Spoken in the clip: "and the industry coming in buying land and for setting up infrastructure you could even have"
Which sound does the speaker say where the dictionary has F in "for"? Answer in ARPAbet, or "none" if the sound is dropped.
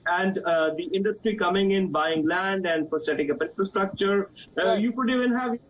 P